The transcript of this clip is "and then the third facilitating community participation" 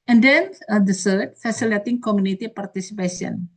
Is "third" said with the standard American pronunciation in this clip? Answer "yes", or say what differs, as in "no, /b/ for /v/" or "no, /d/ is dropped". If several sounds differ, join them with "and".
no, /s/ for /θ/